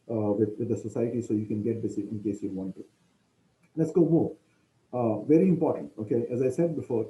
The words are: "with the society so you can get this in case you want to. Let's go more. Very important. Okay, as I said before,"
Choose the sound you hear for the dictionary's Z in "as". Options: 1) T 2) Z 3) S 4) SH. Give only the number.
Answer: 2